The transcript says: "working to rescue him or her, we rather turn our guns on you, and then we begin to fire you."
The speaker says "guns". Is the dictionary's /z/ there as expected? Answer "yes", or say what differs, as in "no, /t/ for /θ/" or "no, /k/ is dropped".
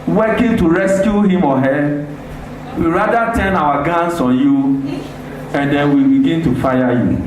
no, /s/ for /z/